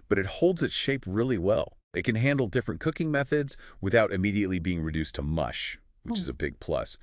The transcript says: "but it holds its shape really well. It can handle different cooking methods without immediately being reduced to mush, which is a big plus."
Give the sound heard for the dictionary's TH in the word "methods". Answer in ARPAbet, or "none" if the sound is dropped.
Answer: TH